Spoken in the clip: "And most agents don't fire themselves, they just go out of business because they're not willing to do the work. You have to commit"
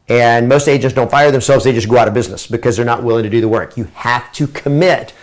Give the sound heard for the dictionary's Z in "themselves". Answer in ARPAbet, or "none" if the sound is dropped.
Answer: Z